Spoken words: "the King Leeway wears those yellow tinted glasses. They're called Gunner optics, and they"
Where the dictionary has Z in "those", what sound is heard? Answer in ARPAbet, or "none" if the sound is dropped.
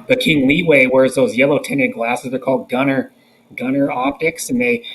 Z